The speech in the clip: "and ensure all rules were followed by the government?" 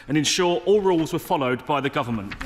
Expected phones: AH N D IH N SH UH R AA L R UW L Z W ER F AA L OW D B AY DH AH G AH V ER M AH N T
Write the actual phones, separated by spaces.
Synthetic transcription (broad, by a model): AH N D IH N SH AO R AA L R UW L Z W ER F AA L OW D B AY DH AH G AH V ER M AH N T